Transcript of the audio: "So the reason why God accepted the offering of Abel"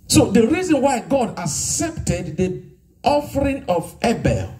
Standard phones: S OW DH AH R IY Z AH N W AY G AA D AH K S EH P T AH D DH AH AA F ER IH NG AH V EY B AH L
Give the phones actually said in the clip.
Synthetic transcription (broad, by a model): S OW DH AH R IY Z AH N W AY G AA D AH K S EH P T AH D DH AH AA F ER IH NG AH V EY B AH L